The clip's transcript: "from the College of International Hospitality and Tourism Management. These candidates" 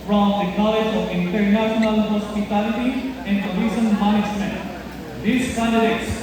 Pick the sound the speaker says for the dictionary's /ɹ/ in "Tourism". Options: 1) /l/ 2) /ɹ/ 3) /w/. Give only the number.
1